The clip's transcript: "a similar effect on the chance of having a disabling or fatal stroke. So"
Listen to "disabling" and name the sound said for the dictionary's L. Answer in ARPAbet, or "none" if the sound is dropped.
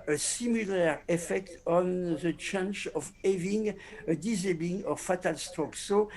none